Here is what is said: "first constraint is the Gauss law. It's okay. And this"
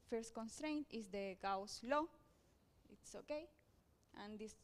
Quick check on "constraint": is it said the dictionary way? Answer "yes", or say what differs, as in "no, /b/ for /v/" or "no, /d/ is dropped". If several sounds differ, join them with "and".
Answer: yes